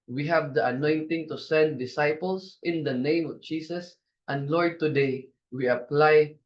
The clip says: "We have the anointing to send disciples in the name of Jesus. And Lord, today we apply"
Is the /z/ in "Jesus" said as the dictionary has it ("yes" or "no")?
no